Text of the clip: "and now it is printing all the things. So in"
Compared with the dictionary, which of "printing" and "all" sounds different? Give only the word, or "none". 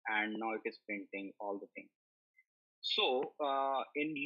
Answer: printing